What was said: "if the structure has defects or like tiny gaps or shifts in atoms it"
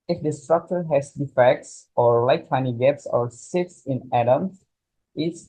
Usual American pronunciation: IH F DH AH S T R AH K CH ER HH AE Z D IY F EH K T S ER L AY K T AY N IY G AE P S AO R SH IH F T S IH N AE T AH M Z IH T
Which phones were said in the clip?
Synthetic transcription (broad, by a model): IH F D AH S T R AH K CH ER HH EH S D IY F EH K T S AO L AY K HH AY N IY G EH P S AO R S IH T S IH N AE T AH M S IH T